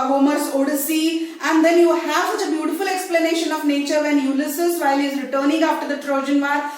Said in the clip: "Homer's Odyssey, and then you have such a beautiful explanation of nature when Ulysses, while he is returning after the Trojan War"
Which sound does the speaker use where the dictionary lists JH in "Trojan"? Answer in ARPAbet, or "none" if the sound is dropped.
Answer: JH